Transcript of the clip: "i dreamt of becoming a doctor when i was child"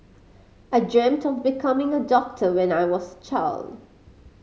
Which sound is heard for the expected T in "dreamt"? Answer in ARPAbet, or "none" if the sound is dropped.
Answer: T